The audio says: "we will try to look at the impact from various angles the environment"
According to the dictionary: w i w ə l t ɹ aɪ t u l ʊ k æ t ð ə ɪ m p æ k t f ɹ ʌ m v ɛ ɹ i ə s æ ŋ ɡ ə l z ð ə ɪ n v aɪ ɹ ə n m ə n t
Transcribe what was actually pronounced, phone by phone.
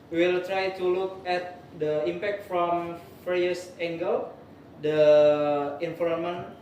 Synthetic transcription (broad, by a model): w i w ə l t ɹ aɪ t u l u k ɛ t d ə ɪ m p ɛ k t f ɹ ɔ m f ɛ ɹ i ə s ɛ ŋ ɡ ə l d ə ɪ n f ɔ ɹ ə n m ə n